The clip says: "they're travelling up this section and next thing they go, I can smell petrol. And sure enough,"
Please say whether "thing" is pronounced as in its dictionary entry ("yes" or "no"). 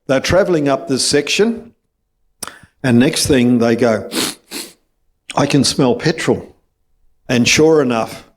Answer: yes